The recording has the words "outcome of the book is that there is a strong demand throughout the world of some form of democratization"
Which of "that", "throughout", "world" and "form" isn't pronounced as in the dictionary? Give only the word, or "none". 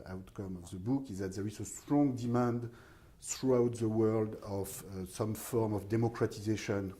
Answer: none